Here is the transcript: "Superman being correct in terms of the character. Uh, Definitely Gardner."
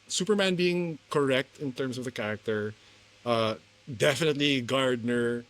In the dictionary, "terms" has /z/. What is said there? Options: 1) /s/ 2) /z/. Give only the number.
1